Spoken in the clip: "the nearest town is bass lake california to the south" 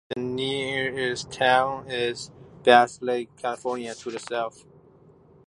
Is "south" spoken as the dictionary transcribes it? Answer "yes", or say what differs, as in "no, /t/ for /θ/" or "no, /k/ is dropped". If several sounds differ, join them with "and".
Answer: no, /f/ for /θ/